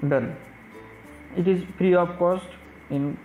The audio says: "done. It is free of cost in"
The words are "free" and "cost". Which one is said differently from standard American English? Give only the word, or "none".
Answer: free